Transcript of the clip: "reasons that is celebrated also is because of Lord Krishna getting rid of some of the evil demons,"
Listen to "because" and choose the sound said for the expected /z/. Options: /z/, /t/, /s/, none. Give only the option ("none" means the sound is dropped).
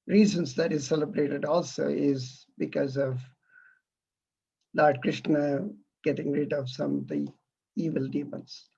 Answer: /z/